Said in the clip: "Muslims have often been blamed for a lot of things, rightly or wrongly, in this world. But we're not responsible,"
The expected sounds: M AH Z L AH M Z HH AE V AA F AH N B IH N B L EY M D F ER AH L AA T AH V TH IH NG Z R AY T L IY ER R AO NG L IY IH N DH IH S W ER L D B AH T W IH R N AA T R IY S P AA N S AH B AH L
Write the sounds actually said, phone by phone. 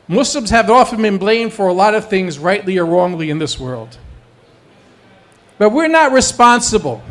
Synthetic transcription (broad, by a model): M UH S L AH M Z HH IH V AA F AH N B IH N B L EY M D F ER AH L AA T AH V TH IH NG Z R AY T L IY ER R AO NG L IY IH N DH IH S W ER L D B AH T W IH R N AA T R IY S P AA N S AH B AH L